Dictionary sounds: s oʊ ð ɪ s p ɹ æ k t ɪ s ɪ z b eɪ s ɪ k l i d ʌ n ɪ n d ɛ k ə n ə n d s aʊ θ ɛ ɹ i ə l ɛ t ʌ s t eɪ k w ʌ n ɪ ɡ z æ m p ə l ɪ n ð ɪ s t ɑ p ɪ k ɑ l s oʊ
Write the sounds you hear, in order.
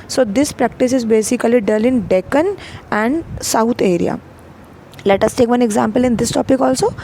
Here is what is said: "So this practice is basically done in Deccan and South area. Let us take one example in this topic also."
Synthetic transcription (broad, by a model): s oʊ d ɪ s p ɹ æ k t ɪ s ɪ z b eɪ s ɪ k l i d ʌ l ɪ n d ɛ k ə n ə n d s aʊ t ɛ ɹ i ə l ɛ t ʌ s t eɪ k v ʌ n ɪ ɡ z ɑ m p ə l ɪ n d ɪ s t ɑ p ɪ k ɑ l s oʊ